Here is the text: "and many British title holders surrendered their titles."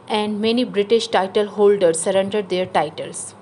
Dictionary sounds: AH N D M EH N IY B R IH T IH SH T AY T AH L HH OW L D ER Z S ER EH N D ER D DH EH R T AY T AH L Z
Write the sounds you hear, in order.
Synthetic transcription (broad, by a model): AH N D M EH N IY B R IH T IH SH T AY T AH L HH OW L D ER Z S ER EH N D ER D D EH R T AY T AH L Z